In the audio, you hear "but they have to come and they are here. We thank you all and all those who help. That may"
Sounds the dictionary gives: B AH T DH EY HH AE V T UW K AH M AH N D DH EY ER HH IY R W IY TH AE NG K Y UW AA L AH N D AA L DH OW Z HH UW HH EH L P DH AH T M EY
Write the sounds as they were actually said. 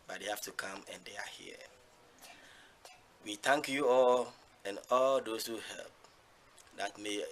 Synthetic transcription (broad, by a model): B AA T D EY HH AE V T UW K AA M AH N D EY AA HH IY W IY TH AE NG K Y UW AA L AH N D AA L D OW S HH UW HH EH L P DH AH T M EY